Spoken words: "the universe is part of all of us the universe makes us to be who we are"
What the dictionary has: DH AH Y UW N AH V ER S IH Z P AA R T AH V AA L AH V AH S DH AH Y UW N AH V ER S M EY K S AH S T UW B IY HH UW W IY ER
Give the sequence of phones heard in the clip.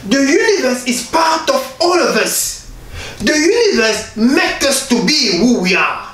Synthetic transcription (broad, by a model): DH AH Y UW N AH V ER S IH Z P AA R T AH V AA L AH V AH S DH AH Y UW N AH V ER S M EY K AH S T UW B IY HH UW W IY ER